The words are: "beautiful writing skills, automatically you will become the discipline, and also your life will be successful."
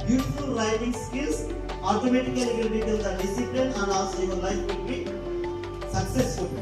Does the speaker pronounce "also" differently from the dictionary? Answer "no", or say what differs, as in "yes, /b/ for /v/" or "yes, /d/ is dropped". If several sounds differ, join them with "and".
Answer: yes, /l/ is dropped